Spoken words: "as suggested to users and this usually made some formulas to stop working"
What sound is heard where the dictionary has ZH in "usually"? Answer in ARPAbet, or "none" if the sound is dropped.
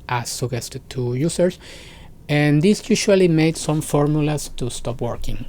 SH